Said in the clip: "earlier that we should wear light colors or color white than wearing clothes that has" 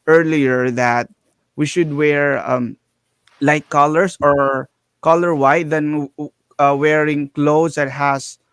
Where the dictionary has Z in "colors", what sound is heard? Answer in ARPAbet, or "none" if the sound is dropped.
S